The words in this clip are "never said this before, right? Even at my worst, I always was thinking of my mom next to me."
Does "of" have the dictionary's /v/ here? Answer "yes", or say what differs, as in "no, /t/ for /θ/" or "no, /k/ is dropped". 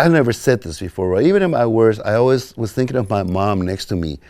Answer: yes